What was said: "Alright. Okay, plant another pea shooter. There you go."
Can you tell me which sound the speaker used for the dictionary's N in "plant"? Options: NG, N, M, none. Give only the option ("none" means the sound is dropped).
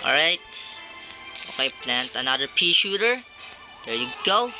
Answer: N